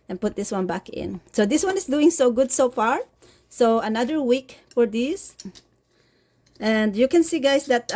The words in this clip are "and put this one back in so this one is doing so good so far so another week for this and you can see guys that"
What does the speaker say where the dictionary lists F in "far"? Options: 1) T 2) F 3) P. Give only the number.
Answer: 2